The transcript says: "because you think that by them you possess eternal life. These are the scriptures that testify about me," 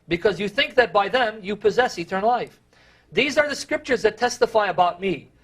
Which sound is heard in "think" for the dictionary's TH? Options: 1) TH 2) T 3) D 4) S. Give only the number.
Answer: 1